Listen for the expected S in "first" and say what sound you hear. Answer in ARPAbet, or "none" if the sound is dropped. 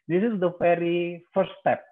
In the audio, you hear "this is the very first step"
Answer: none